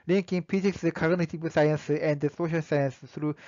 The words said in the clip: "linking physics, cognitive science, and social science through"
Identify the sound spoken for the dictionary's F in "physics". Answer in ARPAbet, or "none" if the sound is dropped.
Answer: P